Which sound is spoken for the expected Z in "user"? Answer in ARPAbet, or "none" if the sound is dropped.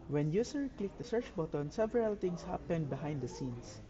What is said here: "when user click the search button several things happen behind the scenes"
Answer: S